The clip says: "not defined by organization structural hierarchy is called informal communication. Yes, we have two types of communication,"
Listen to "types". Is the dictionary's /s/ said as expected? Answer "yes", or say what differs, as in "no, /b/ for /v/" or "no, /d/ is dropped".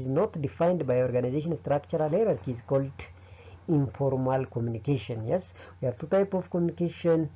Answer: no, /s/ is dropped